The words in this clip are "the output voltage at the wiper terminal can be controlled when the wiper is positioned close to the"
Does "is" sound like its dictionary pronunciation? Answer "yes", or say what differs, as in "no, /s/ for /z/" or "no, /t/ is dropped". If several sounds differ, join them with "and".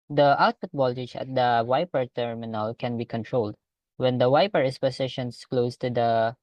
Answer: no, /s/ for /z/